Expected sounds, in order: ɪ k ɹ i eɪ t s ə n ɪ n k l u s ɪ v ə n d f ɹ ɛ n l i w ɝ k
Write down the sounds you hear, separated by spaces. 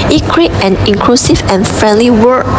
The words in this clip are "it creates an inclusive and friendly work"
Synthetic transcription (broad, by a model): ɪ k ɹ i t ə n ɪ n k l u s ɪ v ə n f ɹ ɛ n l i w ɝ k